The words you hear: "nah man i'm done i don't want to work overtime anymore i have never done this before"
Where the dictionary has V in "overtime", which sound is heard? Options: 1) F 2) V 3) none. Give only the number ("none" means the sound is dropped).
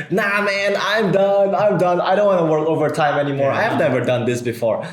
2